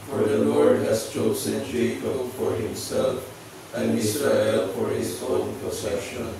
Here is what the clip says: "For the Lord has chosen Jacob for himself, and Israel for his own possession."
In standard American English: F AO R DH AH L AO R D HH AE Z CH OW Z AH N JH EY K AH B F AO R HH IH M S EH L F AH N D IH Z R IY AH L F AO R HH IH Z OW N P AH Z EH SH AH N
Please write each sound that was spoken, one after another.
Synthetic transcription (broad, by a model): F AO R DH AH L AO R D HH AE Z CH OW S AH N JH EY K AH F AO R HH IH M S EH L F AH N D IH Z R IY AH L F AO R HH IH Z OW N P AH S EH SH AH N